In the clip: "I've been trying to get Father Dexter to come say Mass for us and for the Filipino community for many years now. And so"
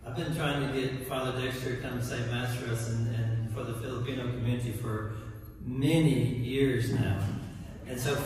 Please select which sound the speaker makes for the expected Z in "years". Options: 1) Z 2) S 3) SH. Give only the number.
1